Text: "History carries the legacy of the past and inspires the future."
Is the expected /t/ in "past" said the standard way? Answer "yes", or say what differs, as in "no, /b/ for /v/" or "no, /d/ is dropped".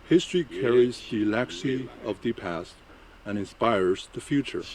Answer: yes